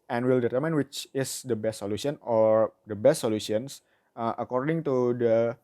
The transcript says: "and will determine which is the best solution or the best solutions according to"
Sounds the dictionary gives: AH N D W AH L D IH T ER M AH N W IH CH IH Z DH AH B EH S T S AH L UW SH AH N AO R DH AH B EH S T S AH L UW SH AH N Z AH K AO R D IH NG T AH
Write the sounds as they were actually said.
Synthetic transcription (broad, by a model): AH N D W AH L D IH T ER M AH N W IH CH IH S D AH B EH S T S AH L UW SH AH N AO R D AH B EH S T S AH L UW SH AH N S AH K AO R D IH NG T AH